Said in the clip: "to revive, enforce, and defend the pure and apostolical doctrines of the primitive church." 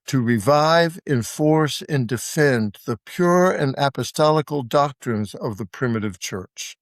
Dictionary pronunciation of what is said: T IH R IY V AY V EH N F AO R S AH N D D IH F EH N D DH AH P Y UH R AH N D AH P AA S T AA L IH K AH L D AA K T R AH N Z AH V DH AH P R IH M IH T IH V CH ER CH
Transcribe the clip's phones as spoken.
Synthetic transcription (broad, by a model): T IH R IY V AY V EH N F AO R S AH N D D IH F EH N DH AH P Y UH R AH N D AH P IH S T AA L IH K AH L D AA K T R AH N Z AH V DH AH P R IH M IH T IH V CH ER CH